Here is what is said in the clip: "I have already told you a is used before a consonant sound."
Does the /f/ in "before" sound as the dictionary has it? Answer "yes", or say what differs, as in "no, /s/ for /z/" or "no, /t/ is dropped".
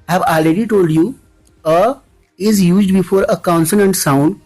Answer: yes